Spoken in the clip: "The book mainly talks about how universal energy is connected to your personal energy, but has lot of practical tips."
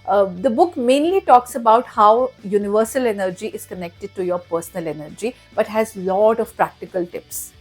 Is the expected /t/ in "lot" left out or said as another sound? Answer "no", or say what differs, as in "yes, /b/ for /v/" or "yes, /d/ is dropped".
no